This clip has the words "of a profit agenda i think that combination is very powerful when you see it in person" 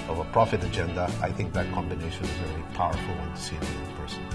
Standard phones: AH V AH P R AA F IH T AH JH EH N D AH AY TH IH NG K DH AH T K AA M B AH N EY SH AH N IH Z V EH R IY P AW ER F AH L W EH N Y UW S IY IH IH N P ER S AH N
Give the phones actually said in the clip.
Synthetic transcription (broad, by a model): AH V AH P R AA F IH T AH JH EH N D AH AY TH IH NG K DH AH T K AA M B AH N EY SH AH N IH Z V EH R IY P AW ER F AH L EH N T S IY IH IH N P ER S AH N